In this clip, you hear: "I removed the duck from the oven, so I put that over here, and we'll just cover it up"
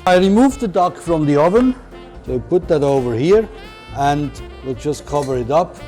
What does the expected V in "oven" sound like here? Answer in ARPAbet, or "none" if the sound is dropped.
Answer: V